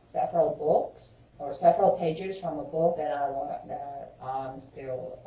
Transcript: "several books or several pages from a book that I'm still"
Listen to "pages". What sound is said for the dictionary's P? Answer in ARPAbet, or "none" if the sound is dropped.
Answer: P